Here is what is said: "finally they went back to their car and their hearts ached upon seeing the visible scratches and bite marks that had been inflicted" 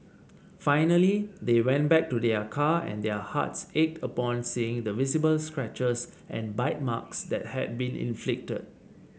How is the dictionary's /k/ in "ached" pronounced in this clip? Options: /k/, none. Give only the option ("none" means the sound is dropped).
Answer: /k/